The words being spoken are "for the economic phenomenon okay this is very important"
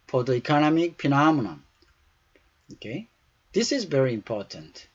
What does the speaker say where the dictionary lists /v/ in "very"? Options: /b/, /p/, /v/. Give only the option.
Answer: /v/